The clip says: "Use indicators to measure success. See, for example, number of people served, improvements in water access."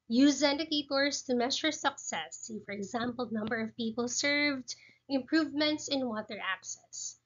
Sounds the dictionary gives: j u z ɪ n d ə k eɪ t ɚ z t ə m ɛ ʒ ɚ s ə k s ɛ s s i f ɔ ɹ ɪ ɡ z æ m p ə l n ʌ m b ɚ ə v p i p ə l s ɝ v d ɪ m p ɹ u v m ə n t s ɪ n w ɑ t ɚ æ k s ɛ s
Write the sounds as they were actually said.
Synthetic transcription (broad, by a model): j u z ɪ n d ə k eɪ t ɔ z t ə m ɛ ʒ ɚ s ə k s ɛ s s i f ɔ ɹ ɪ ɡ z æ m p ə l n ʌ m b ɚ ə v p i p ə l s ɝ v d ɪ m p ɹ u v m ə n t s ɪ n w ɑ t ɚ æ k s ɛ s